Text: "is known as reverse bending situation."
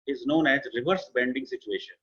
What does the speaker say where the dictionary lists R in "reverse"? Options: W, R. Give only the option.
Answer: R